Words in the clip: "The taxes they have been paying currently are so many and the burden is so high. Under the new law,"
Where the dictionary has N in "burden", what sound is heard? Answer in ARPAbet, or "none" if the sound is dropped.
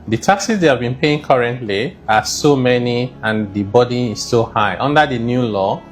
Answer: none